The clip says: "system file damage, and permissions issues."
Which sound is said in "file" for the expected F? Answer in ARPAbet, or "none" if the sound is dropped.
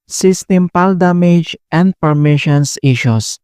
P